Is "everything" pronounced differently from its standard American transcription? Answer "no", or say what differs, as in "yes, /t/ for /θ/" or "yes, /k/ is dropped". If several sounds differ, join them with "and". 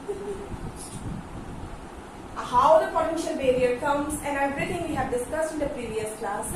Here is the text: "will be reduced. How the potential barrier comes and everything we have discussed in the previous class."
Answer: yes, /b/ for /v/ and /t/ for /θ/